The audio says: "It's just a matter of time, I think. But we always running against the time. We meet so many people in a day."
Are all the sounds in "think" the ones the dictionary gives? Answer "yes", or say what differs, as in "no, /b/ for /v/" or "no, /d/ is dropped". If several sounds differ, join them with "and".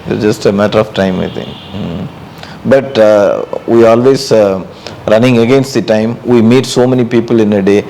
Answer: no, /t/ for /θ/